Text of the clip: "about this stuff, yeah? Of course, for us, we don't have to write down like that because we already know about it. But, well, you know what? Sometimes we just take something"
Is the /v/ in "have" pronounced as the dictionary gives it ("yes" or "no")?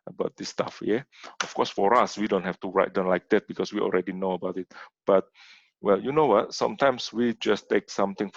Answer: no